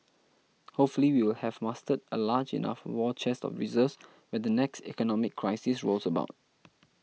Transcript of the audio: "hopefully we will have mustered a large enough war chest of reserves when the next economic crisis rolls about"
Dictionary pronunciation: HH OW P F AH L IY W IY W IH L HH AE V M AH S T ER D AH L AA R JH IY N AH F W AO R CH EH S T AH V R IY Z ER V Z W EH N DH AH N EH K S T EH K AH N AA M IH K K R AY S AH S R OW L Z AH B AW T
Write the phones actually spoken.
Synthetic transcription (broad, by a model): HH OW P F AH L IY W IY W IH L HH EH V M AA S T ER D AH L AA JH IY N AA F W AO CH EH S T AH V R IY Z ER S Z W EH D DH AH N EH K S T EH K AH N AA M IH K K R AY S AH S R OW L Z AH B AW T